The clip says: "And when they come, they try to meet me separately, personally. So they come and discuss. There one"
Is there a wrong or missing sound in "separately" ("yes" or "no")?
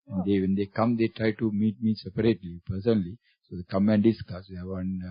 no